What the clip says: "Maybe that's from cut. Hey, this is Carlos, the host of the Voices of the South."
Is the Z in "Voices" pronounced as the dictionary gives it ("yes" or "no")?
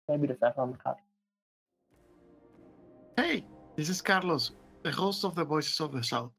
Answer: no